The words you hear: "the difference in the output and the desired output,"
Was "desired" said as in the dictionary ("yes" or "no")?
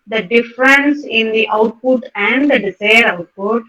no